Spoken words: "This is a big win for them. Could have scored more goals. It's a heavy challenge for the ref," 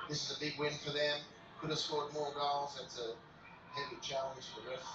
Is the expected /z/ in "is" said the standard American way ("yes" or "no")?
yes